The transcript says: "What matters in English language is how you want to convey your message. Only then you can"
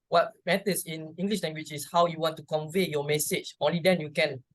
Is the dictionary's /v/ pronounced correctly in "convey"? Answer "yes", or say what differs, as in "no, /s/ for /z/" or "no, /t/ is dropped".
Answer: yes